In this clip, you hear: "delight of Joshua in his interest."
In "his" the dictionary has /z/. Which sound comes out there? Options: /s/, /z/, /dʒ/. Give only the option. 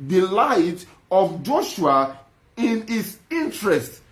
/s/